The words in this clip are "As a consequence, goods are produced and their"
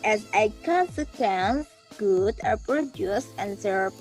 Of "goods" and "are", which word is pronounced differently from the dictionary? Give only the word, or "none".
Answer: goods